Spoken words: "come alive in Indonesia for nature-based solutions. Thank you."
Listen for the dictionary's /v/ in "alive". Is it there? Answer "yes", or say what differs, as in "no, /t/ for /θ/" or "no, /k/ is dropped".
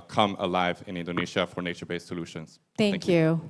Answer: yes